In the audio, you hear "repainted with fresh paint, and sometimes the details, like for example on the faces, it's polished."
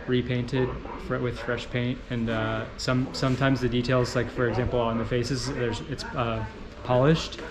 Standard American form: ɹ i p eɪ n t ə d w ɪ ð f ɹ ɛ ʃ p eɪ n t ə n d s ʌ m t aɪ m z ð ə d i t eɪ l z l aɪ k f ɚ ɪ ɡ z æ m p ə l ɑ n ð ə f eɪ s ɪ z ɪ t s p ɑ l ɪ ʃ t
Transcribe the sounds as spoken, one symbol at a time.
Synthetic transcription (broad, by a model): ɹ i p eɪ n t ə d w ɪ ð f ɹ ɛ ʃ p eɪ n t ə n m s ʌ m t aɪ m z ð ə d i t eɪ l z l aɪ k f ɚ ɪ ɡ z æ m p l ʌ n ð ə f eɪ s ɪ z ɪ t s p ɑ l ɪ ʃ t